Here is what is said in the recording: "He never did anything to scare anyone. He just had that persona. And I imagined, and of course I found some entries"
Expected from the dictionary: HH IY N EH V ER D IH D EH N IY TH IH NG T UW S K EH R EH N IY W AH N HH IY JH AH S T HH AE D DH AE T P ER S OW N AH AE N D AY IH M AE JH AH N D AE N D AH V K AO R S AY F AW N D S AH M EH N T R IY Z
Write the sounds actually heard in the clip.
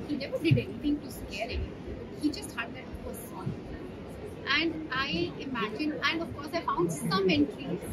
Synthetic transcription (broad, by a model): HH IY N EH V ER D IH D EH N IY T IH NG T UW S K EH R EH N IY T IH HH IY JH AH S T HH AE D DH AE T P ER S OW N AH AE N D AY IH M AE JH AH N AE N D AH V K AO R S AY F AW N D S AH M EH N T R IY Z